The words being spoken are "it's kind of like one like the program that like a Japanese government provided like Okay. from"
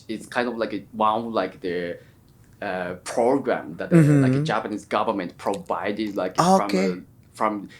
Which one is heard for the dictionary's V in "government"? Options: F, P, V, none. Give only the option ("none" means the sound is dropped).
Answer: V